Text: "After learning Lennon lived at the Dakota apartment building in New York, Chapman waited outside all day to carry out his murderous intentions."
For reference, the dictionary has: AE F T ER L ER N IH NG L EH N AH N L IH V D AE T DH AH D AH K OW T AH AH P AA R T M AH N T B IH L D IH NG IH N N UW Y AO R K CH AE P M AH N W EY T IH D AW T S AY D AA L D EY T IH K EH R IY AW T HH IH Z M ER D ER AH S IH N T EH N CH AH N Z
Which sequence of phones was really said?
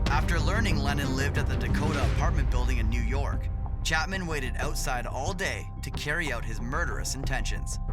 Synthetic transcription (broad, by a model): AE F T ER L ER N IH NG L EH N AH N L IH V D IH T DH AH D AH K OW T AH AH P AA R T M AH N B IH L D IH NG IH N N UW Y AO R K CH AE P M AH N W EY T IH D AW T S AY D AA L D EY T IH K EH R IY AW T HH IH Z M ER D ER AH S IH N T EH N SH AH N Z